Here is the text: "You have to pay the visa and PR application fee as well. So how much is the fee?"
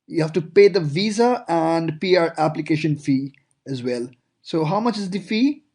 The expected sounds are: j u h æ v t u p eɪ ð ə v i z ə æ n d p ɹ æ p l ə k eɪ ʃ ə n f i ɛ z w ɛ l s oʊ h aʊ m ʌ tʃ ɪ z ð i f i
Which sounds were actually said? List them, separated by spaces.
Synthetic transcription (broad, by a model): j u h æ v t u p eɪ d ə v i z ə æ n d p ɹ æ p l ə k eɪ ʃ ə n f i ɛ z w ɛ l s oʊ h aʊ m ʌ tʃ ɪ z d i f i